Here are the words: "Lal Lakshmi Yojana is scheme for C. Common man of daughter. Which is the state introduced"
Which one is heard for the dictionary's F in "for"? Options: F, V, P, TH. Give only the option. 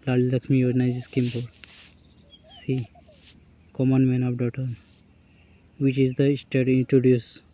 P